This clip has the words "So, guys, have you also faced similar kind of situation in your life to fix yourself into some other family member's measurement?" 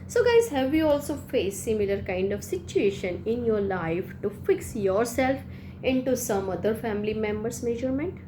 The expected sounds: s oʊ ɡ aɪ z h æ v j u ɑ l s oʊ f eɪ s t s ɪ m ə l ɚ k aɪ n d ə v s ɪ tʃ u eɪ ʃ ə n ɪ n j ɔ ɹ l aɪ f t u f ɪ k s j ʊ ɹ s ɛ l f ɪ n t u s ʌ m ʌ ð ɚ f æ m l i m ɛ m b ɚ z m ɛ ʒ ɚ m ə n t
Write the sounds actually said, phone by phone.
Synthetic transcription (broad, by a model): s oʊ ɡ aɪ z h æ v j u ɑ l s oʊ f eɪ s s ɪ m ə l ɚ k aɪ n d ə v s ɪ tʃ u eɪ ʃ ə n ɪ n j ɔ ɹ l aɪ f t u f ɪ k s j ʊ ɹ s ɛ l f ɪ n t u s ʌ m ʌ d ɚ f æ m l i m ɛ m b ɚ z m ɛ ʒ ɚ m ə n t